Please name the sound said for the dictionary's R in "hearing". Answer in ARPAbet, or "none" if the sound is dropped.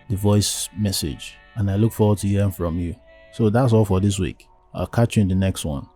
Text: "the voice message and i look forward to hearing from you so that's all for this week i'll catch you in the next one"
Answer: none